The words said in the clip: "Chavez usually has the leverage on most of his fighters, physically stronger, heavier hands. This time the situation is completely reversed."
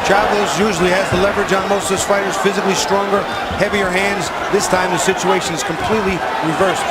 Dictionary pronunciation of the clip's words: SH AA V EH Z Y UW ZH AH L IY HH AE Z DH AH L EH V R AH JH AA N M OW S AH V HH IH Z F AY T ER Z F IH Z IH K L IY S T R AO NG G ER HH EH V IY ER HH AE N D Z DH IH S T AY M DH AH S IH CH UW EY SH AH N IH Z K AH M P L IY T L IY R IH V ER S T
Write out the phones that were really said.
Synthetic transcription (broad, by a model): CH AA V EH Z Y UW ZH L IY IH Z DH AH L EH V R AH JH N M OW AH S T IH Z F AY T ER Z F IH Z IH K L IY S T R AO NG G ER HH EH V IY ER HH AE N D Z DH IH S T AY M DH AH S IH CH UW EY SH AH N IH Z K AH M P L IY T L IY R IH V ER S